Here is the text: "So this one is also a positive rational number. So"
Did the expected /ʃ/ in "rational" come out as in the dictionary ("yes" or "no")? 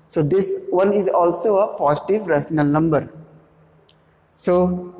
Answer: no